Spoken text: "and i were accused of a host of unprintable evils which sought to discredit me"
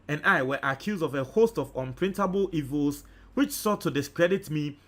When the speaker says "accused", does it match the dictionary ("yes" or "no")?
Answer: yes